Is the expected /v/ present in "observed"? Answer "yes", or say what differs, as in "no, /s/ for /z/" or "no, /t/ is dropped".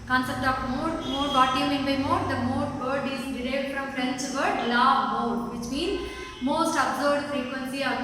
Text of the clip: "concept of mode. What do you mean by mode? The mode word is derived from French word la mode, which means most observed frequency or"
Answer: no, /v/ is dropped